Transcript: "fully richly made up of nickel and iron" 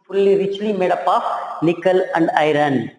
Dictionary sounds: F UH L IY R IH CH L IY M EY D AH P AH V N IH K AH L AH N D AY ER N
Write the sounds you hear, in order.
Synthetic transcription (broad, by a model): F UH L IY R IH CH L IY M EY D AH P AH F N IH K AH L AH N D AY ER N